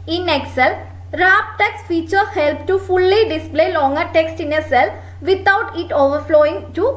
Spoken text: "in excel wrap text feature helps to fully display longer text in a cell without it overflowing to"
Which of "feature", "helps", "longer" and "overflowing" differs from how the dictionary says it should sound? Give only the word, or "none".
helps